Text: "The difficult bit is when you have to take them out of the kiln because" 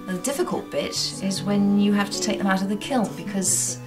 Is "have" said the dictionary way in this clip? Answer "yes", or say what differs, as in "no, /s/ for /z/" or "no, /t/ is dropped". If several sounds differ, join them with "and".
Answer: no, /f/ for /v/